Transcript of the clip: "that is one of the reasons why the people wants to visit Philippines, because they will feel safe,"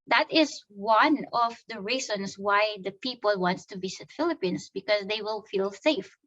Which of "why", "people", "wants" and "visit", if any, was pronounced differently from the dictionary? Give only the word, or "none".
visit